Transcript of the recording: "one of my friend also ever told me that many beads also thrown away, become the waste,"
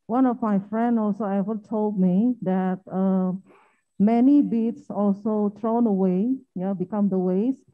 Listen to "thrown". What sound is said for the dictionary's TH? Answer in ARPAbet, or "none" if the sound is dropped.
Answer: T